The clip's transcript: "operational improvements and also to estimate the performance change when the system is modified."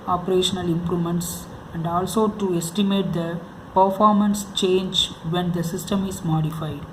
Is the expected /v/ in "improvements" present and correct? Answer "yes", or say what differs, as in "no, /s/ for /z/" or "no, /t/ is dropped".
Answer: no, /v/ is dropped